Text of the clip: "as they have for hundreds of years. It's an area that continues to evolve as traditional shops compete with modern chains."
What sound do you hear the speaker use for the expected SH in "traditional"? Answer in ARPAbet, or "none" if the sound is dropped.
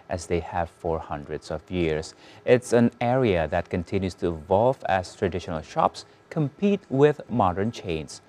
SH